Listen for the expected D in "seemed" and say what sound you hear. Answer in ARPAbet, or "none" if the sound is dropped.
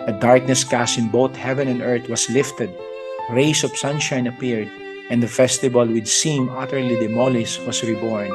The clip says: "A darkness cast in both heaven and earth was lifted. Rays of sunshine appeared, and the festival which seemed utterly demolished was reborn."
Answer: none